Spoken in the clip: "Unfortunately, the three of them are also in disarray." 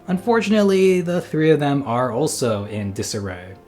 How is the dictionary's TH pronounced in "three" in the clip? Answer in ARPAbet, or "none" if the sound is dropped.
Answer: TH